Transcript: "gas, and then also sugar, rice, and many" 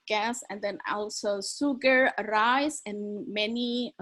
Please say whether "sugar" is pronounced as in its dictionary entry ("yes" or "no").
no